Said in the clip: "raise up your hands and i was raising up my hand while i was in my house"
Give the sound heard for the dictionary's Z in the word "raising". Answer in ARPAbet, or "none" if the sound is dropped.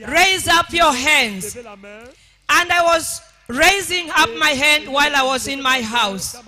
Z